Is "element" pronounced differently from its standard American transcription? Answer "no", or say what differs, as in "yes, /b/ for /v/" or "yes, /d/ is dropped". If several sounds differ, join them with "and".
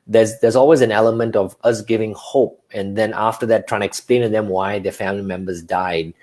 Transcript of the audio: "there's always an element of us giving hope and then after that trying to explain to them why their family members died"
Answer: no